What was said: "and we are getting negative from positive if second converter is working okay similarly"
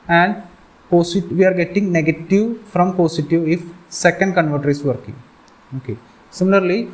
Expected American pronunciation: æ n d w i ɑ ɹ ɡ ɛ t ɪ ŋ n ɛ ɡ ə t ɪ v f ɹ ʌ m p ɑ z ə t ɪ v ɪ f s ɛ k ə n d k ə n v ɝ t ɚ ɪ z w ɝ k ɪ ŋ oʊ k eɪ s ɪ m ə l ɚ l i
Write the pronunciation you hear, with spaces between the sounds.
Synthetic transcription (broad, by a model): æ n d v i ɑ ɹ ɡ ɛ t ɪ ŋ n ɛ ɡ ə t ɪ v f ɹ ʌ m p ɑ s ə t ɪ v ɪ f s ɛ k ə n d k ə n v ɝ t ɚ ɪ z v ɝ k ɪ ŋ oʊ k eɪ s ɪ m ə l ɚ l i